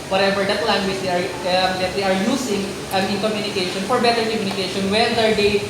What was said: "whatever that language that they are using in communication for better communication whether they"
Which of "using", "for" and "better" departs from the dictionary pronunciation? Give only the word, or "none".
using